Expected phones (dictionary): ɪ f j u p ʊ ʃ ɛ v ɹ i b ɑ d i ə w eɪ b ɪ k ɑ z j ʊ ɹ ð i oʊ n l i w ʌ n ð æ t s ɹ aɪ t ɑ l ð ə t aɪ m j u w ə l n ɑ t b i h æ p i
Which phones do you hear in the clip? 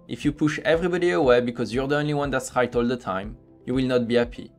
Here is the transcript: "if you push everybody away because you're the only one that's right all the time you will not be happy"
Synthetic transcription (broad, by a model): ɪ f j u p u ʃ ɛ v ɹ i b ɑ d i ə w eɪ b ɪ k ɑ z j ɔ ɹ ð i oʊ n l i w ʌ n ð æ t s ɹ aɪ t ɑ l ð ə t aɪ m j u w ə l n ɑ t b i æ p i